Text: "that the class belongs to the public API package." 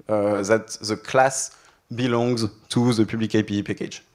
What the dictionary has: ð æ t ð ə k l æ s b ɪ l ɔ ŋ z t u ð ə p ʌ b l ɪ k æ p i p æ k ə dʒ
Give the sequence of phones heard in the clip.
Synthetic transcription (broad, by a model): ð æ t ð ə k l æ s b ɪ l ɔ ŋ z t u ð ə p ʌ b l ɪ k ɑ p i p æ k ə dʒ